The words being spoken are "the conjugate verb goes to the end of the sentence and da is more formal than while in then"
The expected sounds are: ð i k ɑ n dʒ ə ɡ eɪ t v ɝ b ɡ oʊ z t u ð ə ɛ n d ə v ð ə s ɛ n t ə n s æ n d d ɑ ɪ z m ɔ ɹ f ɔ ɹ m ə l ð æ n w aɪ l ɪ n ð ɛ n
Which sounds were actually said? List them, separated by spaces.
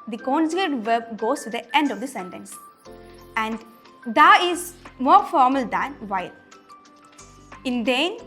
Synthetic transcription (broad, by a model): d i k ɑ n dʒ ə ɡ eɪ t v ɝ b ɡ oʊ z t u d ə ɛ n d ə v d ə s ɛ n t ə n s æ n d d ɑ ɪ z m ɔ ɹ f ɔ ɹ m ə l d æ n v aɪ l ɪ n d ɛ n